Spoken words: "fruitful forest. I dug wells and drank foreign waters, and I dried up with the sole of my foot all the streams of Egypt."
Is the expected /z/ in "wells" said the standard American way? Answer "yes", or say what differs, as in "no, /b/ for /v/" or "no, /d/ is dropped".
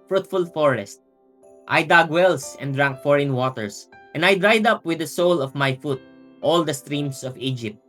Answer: no, /s/ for /z/